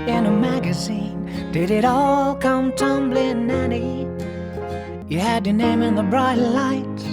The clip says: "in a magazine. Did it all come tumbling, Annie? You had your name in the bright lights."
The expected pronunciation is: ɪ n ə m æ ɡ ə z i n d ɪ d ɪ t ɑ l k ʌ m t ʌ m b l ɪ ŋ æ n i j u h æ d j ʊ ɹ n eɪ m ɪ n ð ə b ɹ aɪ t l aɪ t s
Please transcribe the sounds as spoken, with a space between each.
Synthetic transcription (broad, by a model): ɪ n ə m æ ɡ ə z i n d ɪ d ɪ t ɑ l k ʌ m t ʌ m b l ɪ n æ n i j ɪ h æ d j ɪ n eɪ m ɪ n ð ə b ɹ aɪ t l aɪ t